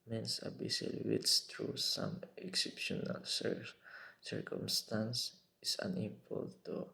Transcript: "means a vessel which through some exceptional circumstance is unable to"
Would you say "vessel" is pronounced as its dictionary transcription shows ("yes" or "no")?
no